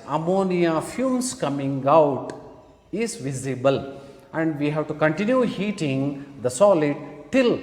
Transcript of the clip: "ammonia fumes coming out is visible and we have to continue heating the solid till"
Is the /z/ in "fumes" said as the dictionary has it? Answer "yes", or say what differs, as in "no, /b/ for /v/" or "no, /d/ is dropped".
no, /s/ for /z/